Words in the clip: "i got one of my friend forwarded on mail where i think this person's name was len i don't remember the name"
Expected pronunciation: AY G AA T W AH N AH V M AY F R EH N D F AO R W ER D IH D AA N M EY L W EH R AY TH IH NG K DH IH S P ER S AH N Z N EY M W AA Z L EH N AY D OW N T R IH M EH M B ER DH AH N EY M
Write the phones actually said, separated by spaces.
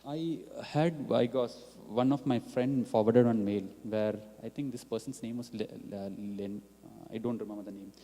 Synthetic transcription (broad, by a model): AY G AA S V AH N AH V M AY F R EH N D F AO R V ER D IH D AA N M EY L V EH R AY T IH NG K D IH S P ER S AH N S N EY M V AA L L EH N AY D OW N T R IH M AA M ER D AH N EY M